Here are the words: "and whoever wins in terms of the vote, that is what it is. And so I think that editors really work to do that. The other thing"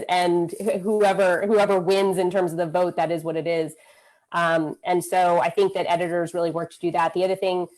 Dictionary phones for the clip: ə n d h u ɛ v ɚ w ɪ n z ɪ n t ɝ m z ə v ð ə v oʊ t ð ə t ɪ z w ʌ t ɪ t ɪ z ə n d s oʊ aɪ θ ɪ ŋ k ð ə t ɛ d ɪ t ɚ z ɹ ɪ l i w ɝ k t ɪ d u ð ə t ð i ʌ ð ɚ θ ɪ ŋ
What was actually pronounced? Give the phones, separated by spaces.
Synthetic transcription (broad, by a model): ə n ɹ h u ɛ v ɚ w ɪ n z ɪ n t ɝ m z ə v ð ə v oʊ t ð ə t ɪ z w ʌ t ɪ t ɪ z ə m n s oʊ aɪ θ ɪ ŋ k ð ə t ɛ d ɪ t ɚ z ɹ ɪ l i w ɝ k t ɪ d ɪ ð ə t ð i ʌ ð ɚ θ ɪ ŋ